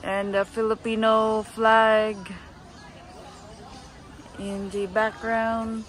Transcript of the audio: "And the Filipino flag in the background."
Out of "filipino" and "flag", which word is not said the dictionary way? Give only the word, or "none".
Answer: none